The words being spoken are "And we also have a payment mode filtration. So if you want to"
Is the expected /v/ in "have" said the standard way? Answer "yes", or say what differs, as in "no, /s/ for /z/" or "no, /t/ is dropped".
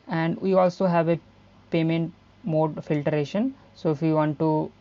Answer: yes